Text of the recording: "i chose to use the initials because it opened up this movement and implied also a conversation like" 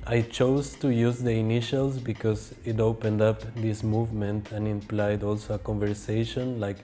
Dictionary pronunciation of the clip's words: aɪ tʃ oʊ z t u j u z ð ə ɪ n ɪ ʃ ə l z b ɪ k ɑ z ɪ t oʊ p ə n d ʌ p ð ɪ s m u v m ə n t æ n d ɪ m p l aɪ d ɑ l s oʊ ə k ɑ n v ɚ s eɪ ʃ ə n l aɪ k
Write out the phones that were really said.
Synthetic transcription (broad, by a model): aɪ tʃ oʊ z t u j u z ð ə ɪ n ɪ ʃ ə l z b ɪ k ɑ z ɪ t oʊ p ə n d ʌ p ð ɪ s m u v m ə n t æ n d ɪ m p l aɪ d ɑ l s oʊ ə k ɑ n v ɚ s eɪ ʃ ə n l aɪ k